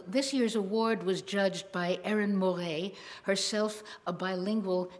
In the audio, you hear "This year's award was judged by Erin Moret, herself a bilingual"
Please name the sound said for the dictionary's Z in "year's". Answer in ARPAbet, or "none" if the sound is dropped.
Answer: Z